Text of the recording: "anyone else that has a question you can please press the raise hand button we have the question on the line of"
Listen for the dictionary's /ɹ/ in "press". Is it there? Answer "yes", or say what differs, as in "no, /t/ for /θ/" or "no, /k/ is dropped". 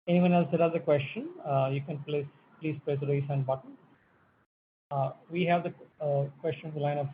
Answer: no, /l/ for /ɹ/